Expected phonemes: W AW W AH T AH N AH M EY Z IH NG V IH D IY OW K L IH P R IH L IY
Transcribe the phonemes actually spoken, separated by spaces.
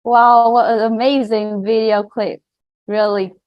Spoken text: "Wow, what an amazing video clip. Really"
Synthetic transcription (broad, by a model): W AW W AH T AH AH M EY Z IH NG V IH D IY OW K L IH P R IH L IY